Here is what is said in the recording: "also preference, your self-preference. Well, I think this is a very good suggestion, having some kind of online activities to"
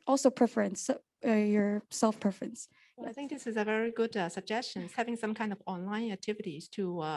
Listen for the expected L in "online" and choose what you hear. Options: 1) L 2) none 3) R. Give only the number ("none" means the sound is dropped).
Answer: 1